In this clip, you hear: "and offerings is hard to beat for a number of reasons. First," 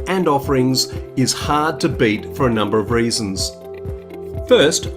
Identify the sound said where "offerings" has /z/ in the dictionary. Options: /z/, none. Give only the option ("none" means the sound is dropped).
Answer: /z/